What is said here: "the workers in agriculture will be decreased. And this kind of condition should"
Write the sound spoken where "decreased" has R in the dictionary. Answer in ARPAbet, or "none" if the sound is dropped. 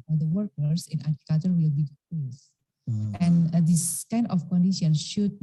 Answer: none